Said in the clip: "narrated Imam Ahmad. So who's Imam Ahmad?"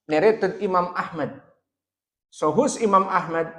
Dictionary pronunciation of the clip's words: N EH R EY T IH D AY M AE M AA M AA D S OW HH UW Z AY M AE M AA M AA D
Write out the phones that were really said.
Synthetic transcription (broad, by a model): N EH R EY T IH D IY M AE M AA M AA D S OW HH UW S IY M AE M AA M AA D